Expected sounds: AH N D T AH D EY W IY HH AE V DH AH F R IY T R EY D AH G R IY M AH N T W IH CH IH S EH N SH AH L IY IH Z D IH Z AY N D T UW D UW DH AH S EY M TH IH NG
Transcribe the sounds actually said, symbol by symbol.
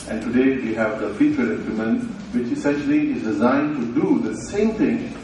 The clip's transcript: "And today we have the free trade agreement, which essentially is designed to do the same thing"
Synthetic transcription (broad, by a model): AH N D T AH D EY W IY HH AE V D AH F IY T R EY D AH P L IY M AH N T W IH CH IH S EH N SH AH L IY IH Z D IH Z AY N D T UW D UW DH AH S EY M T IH NG